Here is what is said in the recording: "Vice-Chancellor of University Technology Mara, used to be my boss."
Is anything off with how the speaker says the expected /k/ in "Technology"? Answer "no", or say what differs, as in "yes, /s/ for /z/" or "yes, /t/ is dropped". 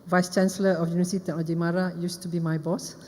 yes, /k/ is dropped